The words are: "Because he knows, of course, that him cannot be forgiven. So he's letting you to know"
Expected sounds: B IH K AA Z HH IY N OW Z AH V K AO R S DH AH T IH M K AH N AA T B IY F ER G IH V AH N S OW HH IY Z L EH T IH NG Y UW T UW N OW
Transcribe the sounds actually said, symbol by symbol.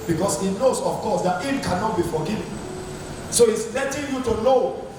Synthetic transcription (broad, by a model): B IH K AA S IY N OW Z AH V K AO S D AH T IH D K AH N AA T B IY F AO G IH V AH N S OW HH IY S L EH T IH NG Y UW T UW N OW